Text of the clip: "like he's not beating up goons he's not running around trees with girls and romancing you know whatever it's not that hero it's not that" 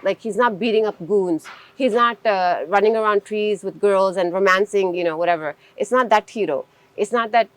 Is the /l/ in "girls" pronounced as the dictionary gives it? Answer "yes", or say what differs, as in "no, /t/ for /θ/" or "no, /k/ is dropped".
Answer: yes